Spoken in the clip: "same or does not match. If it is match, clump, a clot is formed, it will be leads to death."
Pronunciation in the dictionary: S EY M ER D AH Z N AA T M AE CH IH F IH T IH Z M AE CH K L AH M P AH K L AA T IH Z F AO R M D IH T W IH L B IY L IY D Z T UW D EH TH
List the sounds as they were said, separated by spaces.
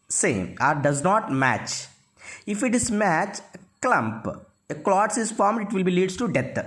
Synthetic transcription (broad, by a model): S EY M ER D AH Z N AA T M AE CH IH F IH T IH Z M AE CH K L AH M P AH K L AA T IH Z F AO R M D IH T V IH L B IY L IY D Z T UW D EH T